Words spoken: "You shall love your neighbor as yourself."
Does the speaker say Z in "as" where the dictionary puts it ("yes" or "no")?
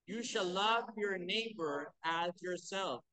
yes